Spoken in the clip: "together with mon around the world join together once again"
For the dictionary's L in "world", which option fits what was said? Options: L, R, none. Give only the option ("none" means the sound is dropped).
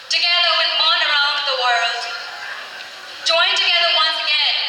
L